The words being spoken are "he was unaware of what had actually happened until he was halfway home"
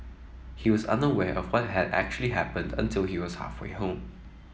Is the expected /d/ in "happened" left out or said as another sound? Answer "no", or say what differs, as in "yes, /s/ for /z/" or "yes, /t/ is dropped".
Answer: no